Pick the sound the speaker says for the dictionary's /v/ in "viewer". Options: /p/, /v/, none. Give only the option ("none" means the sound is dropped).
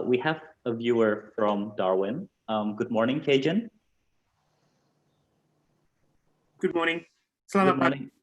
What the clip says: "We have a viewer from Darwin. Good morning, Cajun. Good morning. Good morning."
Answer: /v/